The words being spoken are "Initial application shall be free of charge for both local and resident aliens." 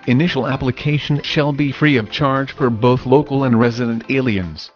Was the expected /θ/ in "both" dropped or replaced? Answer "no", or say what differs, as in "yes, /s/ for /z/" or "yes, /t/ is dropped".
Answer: no